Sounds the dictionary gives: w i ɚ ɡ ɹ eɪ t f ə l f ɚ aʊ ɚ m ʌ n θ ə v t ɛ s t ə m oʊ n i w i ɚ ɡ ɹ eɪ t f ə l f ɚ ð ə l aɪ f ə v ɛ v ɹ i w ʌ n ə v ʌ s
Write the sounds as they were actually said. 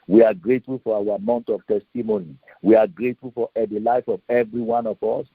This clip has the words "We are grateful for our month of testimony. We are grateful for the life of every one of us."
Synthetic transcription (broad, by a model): w i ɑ ɡ ɹ eɪ t f ə l f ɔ aʊ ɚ m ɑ n t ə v t ɛ s t ə m oʊ n i w i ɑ ɡ ɹ eɪ t f ə l f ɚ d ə l aɪ f ə v ɛ v ɹ i w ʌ n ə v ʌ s